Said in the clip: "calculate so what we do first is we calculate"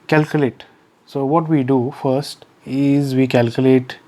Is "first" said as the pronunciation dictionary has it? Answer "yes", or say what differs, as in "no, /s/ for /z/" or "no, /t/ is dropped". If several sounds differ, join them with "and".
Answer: yes